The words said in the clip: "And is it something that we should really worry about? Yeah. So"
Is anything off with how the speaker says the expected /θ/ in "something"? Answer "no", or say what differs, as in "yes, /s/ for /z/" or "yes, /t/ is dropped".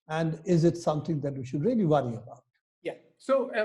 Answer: yes, /t/ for /θ/